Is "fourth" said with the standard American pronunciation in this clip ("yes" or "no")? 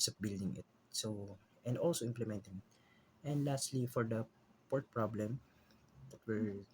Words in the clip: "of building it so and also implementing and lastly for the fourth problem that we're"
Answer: no